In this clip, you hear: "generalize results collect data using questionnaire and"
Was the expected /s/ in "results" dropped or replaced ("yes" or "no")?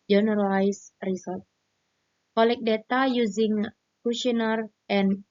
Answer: yes